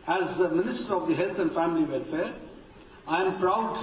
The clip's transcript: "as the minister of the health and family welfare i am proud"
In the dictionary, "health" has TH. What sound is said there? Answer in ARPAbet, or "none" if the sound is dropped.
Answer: T